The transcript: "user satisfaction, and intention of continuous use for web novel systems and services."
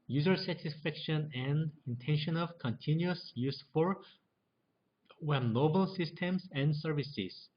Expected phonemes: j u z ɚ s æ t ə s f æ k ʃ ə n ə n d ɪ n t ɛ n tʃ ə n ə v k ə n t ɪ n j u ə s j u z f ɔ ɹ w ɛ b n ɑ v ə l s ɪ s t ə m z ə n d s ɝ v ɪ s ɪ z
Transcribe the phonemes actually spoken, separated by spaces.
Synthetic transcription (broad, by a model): j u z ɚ s æ t ə s f æ k ʃ ə n ə n d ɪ n t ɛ n ʃ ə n ə v k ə n t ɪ n j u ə s j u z f ɔ ɹ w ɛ n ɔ b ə l s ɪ s t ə m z ə n d s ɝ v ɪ s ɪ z